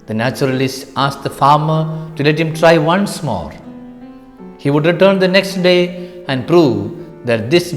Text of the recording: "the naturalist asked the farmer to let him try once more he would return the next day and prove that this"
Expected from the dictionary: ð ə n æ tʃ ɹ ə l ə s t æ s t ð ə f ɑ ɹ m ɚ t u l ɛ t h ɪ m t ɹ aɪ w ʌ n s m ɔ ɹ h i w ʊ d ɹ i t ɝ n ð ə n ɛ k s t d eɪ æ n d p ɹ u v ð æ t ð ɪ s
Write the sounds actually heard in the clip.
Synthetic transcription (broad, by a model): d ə n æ tʃ ɹ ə l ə s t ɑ s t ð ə f ɑ ɹ m ɚ t u l ɛ t h ɪ m t ɹ aɪ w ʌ n s m ɔ ɹ h i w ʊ d ɹ i t ɝ n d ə n ɛ k s t d eɪ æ n d p ɹ u v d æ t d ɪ s